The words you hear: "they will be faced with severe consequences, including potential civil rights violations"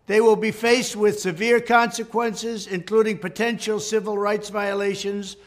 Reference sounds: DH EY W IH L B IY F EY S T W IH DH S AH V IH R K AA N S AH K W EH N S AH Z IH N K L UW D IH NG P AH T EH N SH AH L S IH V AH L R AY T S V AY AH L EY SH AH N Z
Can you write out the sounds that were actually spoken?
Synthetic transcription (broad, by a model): DH EY W IH L B IY F EY S T W IH DH S AH V IH R K AA N S AH K W EH N S AH Z IH N K L UW D IH NG P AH T EH N SH L S IH V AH L R AY T S V AY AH L EY SH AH N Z